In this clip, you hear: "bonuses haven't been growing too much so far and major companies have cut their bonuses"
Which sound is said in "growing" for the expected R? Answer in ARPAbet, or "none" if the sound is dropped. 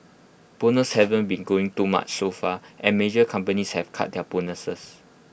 none